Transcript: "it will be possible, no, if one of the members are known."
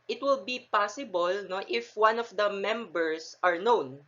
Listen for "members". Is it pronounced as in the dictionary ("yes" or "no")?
no